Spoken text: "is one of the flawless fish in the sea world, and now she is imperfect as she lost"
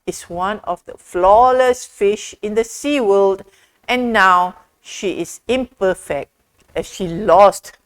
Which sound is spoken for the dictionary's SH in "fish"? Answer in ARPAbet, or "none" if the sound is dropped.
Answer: SH